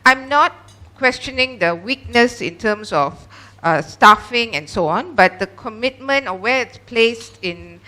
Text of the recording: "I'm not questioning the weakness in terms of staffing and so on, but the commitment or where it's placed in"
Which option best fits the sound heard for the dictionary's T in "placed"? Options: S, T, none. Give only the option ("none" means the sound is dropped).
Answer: T